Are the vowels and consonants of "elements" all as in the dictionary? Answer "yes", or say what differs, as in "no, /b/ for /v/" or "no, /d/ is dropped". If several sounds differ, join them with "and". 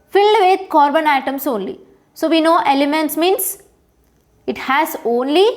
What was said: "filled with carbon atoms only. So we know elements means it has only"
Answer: yes